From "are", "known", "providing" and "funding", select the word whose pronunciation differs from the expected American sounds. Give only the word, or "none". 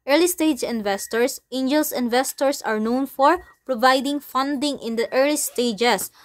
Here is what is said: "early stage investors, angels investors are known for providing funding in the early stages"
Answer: none